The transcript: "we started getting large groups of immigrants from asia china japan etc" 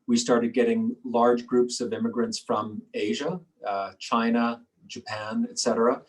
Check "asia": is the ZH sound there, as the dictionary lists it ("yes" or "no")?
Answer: yes